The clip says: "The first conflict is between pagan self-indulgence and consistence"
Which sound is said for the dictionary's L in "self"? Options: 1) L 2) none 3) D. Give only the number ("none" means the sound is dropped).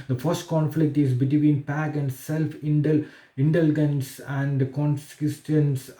1